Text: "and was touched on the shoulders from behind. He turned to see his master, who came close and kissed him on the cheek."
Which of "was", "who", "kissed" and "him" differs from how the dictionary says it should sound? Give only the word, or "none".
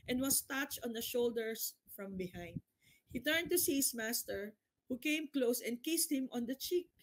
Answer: was